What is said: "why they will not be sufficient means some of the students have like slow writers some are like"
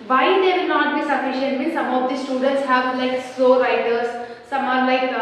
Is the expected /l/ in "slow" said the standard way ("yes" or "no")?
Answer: no